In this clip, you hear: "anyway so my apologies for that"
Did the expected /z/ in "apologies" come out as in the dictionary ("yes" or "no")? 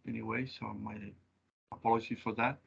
no